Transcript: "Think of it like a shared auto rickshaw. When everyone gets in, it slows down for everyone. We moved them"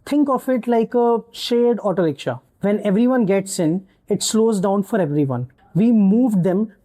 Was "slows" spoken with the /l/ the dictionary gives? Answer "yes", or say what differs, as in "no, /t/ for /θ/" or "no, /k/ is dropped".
yes